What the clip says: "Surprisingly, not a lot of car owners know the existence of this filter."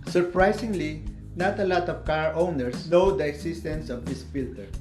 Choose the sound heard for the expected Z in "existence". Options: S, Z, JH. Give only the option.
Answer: S